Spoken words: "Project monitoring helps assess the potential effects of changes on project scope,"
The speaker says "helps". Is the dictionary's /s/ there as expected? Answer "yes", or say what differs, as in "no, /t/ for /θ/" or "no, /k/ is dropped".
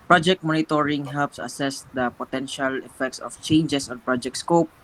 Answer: yes